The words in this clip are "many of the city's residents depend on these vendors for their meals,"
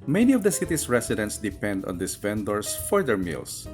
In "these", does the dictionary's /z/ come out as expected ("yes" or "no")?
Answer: no